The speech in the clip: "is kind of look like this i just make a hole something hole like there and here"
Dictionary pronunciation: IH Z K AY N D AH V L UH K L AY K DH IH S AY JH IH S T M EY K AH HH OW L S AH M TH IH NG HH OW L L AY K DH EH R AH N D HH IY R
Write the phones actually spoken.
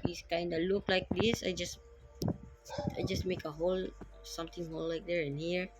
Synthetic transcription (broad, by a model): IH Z K AY N D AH L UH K L AY K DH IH S AY JH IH S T M EY K AH HH OW L S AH M T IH NG HH OW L L AY K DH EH R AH N HH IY R